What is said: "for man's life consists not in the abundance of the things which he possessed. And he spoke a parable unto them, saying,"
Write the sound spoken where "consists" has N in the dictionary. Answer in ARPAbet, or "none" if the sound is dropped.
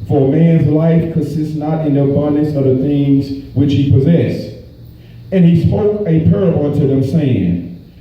N